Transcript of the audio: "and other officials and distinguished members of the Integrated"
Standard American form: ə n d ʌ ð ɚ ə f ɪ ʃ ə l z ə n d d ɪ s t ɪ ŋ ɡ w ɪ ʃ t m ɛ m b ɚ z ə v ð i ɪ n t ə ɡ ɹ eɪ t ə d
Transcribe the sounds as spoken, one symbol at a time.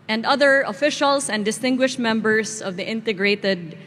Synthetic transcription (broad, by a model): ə n d ʌ ð ɚ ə f ɪ ʃ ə l s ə n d d ɪ s t ɪ ŋ ɡ w ɪ ʃ t m ɛ m b ɚ s ə v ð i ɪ n t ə ɡ ɹ eɪ t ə d